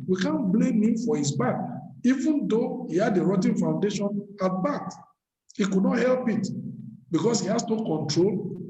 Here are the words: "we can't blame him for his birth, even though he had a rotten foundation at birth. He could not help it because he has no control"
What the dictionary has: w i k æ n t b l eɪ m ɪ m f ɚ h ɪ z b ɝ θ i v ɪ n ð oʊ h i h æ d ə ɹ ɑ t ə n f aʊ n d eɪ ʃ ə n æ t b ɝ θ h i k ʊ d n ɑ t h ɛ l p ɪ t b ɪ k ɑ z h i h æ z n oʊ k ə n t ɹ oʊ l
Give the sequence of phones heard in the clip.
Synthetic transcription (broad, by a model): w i k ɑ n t b l eɪ m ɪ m f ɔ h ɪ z b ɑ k i v ɪ n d oʊ h i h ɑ d ə ɹ ɑ t ə n f aʊ n d eɪ ʃ ə n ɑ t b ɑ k h i k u d n ɑ t h ɛ l p ɪ t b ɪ k ɑ s h i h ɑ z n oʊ k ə n t ɹ oʊ l